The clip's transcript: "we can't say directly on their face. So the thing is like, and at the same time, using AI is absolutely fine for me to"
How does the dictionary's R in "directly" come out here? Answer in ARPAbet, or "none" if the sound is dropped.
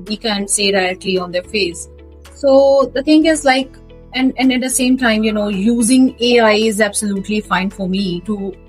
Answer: none